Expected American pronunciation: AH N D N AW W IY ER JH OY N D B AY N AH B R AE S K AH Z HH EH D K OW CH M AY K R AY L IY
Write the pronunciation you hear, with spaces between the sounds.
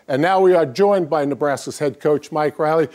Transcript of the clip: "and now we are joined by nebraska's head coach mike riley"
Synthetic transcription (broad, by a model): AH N N AW W IY ER JH OY N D B AY N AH B R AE S AH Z HH EH D K OW CH M AY K R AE L IY